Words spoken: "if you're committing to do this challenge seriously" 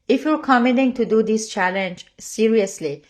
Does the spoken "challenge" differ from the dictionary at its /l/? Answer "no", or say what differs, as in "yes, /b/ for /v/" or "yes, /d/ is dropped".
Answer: no